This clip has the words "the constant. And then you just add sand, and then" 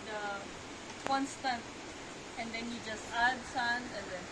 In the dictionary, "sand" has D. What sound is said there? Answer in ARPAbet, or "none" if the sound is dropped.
none